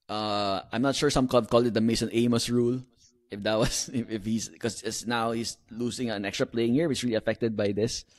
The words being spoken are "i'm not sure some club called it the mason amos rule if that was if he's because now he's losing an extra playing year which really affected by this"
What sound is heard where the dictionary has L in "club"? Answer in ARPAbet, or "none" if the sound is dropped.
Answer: none